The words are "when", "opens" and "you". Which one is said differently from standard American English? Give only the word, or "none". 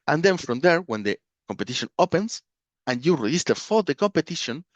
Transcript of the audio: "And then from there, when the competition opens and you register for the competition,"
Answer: opens